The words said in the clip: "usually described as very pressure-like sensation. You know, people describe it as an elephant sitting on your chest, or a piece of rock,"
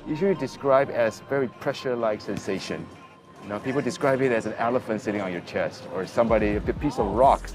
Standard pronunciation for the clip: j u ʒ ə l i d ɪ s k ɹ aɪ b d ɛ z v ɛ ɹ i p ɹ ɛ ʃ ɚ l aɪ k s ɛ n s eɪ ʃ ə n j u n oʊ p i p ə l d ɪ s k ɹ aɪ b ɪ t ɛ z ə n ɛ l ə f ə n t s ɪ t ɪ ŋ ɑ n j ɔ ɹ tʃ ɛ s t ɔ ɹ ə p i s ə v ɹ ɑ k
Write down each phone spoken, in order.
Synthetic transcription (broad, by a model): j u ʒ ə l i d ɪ s k ɹ aɪ b ɛ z v ɛ ɹ i p ɹ ɛ ʃ ɚ l aɪ k s ɛ n s eɪ ʃ ə n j n oʊ p i p ə l d ɪ s k ɹ aɪ b ɪ t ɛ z ə n ɛ l ə f ə n t s ɪ t ɪ ŋ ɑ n j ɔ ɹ tʃ ɛ s t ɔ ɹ ə p i s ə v ɹ ɑ k